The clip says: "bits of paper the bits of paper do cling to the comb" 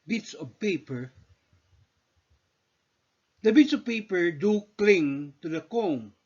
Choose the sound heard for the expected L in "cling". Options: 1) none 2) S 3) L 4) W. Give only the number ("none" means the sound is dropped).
3